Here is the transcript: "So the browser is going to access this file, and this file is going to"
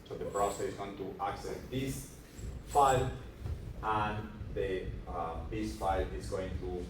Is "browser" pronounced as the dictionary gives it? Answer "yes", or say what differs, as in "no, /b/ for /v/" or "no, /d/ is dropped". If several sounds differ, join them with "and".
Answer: no, /s/ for /z/